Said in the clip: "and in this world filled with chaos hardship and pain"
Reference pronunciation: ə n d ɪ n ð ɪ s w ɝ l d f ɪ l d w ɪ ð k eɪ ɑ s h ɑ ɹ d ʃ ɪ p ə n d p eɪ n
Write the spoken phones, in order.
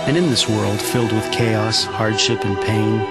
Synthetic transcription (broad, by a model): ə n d ɪ n ð ɪ s w ɝ l d f ɪ l d w ɪ ð k eɪ ɑ s h ɑ ɹ d ʃ ɪ p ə n p eɪ n